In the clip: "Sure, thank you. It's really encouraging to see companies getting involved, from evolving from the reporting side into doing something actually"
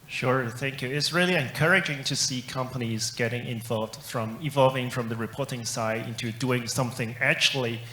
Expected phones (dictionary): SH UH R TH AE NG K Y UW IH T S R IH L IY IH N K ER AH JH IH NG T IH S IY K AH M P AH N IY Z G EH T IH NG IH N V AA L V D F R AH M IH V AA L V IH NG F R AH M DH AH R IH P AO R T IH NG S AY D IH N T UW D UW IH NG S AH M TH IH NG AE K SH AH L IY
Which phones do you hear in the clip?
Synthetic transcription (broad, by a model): SH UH R TH AE NG K Y UW IH T S R IH L IY IH N K ER AH JH IH NG T IH S IY K AH M P AH N IY Z G EH T IH NG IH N V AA L V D F R AH M IH V AA L V IH NG F R AH M DH AH R IH P AO R T IH NG S AY D IH N T UW D UW IH NG S AH M TH IH NG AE K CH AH L IY